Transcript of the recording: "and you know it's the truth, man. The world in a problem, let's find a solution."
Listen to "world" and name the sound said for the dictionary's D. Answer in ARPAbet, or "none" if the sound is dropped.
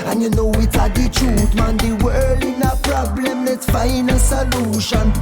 none